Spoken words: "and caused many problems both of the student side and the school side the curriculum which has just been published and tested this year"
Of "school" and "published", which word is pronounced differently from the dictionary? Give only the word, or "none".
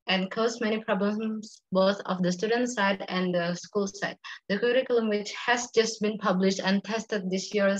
none